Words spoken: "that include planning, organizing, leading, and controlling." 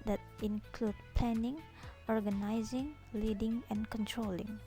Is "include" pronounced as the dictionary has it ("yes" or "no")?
yes